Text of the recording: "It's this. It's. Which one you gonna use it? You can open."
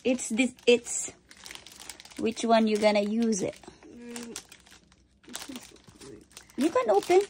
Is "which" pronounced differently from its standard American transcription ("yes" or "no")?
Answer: no